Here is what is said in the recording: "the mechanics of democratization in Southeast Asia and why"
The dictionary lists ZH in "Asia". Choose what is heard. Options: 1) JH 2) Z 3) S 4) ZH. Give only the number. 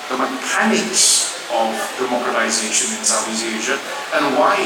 4